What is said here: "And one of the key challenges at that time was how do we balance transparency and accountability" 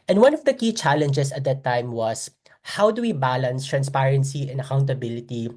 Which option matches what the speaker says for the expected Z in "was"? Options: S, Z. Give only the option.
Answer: S